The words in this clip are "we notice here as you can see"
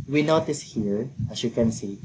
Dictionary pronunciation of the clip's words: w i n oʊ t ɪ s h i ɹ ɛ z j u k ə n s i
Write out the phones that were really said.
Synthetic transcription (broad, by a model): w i n oʊ t ɪ s h i ɹ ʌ s j u k ə n s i